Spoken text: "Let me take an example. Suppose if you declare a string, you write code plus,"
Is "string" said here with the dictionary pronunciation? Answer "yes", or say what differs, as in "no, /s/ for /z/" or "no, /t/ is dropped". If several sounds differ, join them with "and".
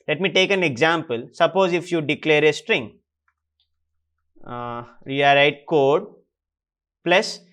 yes